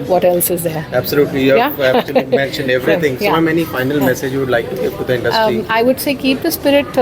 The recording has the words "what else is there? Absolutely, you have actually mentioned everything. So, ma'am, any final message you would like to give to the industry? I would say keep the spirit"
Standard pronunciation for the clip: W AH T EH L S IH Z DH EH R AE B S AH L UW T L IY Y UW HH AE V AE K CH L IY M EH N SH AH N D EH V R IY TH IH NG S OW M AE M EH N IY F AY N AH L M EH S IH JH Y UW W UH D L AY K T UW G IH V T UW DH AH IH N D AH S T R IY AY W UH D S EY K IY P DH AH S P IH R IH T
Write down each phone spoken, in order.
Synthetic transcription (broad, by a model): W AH T EH L S IH Z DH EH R AE B S AH L UW T L IY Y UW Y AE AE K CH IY M EH N SH AH N D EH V R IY T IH NG S OW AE M EH N IY F AY N AH L M EH S IH JH Y UW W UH D L AY K T UW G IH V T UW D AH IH N D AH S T IY AY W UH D S EY K IY P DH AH S P IH R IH T